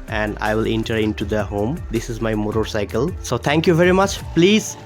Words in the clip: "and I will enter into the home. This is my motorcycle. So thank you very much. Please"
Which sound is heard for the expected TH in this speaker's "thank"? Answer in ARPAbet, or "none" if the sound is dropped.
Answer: T